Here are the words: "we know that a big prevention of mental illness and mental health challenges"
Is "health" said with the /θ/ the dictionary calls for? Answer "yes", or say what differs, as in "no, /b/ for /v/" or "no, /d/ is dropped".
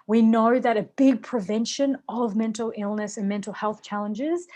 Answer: yes